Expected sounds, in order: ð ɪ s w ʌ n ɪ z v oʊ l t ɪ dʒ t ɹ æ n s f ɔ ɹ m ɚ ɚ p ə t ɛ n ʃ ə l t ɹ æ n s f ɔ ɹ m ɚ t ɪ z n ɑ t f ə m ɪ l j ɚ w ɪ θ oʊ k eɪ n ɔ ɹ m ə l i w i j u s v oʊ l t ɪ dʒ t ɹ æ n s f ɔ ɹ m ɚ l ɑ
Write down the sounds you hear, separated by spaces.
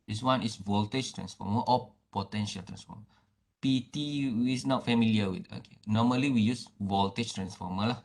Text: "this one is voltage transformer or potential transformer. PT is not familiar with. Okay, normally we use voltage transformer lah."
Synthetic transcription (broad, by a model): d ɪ s w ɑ n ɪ s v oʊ l t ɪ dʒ t ɹ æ n s f ɔ m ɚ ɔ p ə t ɛ n ʃ ə l t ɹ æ n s f ɔ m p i t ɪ s n ɑ t f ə m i l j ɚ w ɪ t oʊ k eɪ n ɔ m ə l i w i j u s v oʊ l t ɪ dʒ t ɹ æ n s f ɔ m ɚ l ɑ